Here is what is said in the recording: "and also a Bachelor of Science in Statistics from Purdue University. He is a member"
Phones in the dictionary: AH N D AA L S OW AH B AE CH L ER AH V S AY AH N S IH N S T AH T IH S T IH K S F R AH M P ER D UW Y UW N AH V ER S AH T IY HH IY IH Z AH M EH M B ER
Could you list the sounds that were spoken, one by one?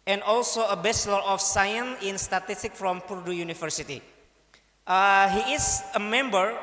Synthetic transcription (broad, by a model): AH N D AA L S OW AH B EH S L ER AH F S AY AH N S IH N S T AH T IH S T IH K F R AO M P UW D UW Y UW N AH F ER S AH T IY HH IY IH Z AH M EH M B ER